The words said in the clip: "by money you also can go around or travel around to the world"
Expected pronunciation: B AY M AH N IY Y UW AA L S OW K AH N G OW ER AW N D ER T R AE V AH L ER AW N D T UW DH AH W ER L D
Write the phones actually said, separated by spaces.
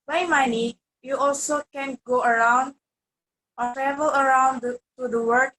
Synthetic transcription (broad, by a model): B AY M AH N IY Y UW AA L S OW K AH N G OW ER AW N D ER T R AE V AH L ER AW N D T UW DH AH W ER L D